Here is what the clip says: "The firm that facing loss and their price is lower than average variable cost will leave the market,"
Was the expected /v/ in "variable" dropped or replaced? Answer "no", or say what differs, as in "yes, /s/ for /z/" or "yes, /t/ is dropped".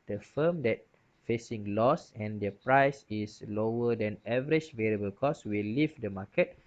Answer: no